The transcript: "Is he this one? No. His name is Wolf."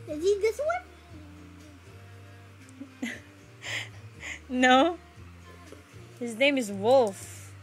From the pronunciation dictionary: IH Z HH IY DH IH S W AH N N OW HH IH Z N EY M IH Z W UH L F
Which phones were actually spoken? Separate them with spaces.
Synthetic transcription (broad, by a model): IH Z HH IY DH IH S W AH N N OW HH IH Z N EY M IH Z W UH L F